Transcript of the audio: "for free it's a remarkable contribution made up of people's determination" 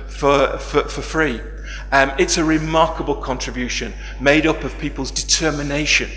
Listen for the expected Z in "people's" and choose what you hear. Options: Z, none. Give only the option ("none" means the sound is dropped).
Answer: Z